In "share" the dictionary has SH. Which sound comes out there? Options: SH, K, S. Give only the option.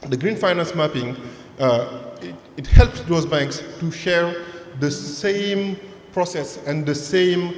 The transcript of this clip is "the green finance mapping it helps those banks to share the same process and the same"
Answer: SH